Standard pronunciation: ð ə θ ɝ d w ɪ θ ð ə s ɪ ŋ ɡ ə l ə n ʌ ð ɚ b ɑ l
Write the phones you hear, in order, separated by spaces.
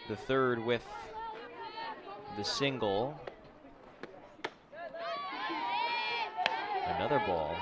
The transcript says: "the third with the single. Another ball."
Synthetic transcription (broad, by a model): ð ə θ ɝ d w ɪ ð ə s ɪ ŋ ɡ l ə n ʌ ð ɚ b ɑ l